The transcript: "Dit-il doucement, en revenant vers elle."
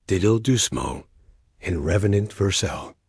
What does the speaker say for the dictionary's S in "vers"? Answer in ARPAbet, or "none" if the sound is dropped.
S